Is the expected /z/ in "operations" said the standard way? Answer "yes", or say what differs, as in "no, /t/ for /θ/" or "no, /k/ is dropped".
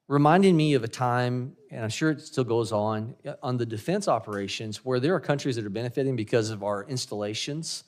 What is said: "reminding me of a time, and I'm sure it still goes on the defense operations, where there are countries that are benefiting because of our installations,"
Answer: yes